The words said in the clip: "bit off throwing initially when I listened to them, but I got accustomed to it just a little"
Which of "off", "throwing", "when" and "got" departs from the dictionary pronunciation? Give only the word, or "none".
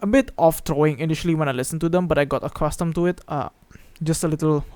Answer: throwing